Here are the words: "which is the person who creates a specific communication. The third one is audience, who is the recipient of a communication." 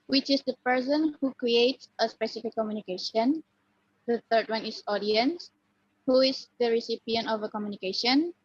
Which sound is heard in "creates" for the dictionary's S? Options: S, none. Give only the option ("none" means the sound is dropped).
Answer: S